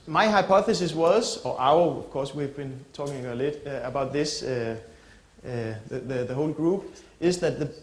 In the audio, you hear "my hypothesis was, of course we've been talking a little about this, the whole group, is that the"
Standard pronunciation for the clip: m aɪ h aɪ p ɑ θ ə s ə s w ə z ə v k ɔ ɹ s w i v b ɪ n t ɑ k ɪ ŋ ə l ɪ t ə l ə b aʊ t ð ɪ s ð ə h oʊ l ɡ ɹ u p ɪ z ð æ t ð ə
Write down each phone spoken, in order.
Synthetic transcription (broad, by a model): m aɪ h aɪ p ɑ θ ə s ə s w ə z ə v k ɔ s w i v b ɪ n t ɑ k ɪ ŋ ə l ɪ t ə ə b aʊ t ð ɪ s ð ə h oʊ l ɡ ɹ u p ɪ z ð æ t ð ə